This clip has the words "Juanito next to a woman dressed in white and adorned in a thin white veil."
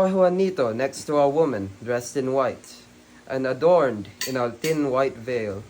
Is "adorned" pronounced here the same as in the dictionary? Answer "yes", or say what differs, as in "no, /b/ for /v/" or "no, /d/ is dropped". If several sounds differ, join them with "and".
yes